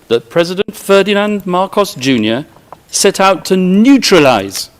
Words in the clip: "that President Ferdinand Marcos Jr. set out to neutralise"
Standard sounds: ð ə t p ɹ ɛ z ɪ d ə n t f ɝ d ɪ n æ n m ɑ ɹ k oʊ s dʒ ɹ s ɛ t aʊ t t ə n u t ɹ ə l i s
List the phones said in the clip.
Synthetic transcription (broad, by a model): ð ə t p ɹ ɛ z ɪ d ə n t f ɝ d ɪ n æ n m ɑ ɹ k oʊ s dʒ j s ɛ t aʊ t t ə n u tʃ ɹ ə l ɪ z